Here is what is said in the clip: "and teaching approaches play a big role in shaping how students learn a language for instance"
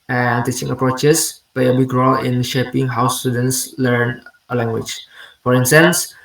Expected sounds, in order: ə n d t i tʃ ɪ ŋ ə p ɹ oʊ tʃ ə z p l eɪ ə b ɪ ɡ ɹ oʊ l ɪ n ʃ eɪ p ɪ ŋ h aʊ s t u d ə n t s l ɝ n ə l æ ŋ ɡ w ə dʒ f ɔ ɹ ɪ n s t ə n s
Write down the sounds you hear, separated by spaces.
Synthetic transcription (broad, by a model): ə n t i tʃ ɪ ŋ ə p ɹ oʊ tʃ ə s p l eɪ ə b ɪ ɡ ɹ oʊ l ɪ n ʃ eɪ p ɪ ŋ h aʊ s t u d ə n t s l ɝ n ə l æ ŋ ɡ w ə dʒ f ɔ ɹ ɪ n s t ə n s